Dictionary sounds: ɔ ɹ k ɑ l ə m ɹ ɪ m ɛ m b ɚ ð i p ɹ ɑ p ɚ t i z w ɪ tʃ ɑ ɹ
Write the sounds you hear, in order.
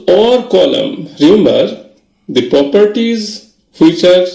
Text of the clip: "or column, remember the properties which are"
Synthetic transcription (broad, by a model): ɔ ɹ k ɑ l ə m ɹ ɪ m ɛ m b ɚ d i p ɹ ɑ p ɚ t i z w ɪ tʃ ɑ ɹ